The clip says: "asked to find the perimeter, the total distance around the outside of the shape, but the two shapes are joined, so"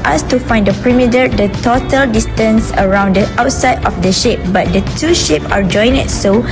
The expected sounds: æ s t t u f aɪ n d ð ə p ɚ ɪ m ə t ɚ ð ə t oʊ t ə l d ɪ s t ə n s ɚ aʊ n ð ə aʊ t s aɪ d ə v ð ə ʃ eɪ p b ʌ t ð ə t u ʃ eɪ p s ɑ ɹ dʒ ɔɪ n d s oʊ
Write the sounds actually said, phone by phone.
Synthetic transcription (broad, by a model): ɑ s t t u f aɪ n d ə p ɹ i m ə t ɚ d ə t oʊ t ə l d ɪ s t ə n s ɚ aʊ n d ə aʊ t s aɪ d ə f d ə ʃ eɪ p b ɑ t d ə t u ʃ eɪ p ɑ ɹ dʒ ɔɪ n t s oʊ